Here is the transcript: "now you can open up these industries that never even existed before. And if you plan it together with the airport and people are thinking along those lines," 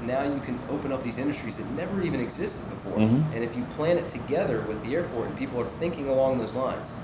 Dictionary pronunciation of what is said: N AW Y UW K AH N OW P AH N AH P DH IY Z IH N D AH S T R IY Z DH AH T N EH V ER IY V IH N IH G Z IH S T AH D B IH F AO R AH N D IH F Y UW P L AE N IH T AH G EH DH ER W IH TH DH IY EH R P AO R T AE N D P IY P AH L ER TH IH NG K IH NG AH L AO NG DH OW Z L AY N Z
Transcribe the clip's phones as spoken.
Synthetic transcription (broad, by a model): N AW Y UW K AH N OW P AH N AH P DH IY Z IH N D AH S T R IY Z DH AH T N EH V ER IY V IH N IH G Z IH S T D B IH F AO R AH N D IH F Y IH P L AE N IH T AH G EH DH ER W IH DH IY EH R P AO R T N P IY P L ER TH IH NG K IH NG AH L AO NG DH OW Z L AY N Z